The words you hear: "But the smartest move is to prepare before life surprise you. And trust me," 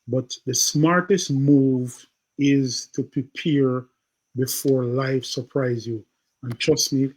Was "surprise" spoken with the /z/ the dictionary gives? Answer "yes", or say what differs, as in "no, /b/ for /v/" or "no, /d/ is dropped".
yes